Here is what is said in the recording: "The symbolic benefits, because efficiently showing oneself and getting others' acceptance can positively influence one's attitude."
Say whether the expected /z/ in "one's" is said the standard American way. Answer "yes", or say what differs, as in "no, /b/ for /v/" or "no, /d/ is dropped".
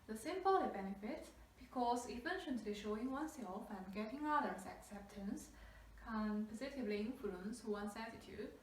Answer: no, /s/ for /z/